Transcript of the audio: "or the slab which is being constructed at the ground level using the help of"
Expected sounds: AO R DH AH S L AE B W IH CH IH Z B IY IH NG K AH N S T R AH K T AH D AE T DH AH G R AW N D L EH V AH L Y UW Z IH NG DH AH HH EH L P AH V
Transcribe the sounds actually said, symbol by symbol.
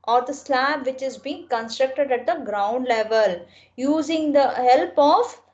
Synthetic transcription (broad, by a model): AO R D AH S L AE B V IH CH IH Z B IY IH NG K AH N S T R AH K T AH D AE T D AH G R AW N D L EH V AH L Y UW Z IH NG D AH HH EH L P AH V